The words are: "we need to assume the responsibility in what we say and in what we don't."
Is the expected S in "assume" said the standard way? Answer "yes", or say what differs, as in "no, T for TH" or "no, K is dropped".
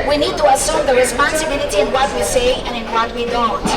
yes